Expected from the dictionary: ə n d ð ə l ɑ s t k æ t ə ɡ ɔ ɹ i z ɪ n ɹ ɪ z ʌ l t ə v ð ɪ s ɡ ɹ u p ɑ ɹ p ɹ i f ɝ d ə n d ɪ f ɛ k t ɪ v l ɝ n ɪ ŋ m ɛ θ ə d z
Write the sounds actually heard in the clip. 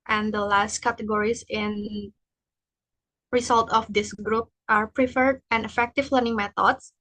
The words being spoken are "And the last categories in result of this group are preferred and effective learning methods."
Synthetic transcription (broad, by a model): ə n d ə l ɑ s t k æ t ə ɡ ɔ ɹ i s ɪ n ɹ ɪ s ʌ l t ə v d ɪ s ɡ ɹ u p ɑ ɹ p ɹ i f ɝ d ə n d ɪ f ɛ k t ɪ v l ɝ n ɪ ŋ m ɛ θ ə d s